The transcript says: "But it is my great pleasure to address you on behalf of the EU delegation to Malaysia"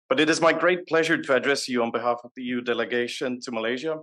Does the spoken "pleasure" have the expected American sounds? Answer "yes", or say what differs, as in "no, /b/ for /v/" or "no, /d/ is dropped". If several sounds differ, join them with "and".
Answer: yes